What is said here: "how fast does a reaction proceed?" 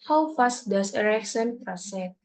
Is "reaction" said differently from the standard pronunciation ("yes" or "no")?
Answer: yes